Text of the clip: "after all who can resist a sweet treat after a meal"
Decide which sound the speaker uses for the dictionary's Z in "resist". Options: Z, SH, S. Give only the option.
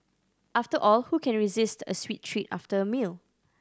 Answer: Z